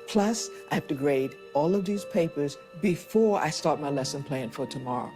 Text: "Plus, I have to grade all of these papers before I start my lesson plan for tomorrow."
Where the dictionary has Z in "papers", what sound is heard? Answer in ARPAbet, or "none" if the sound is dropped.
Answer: Z